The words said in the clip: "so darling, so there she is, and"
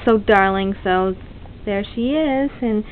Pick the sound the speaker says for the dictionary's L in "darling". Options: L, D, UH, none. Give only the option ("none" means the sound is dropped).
L